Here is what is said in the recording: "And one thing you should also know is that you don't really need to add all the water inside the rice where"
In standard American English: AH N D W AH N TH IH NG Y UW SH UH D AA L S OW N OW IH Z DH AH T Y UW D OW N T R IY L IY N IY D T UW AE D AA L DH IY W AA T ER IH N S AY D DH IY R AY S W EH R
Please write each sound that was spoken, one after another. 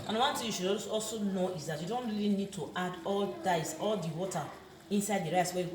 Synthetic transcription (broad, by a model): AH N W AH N T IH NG Y UW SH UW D AA L S OW N OW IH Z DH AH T Y UW D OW N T R IY L IY N IY D T UW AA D AA L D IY W AA T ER IH N S AY D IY R AY S W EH